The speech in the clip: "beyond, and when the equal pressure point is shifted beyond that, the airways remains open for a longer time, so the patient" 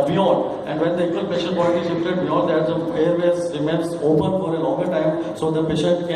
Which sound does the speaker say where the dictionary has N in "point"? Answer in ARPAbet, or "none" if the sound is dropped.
L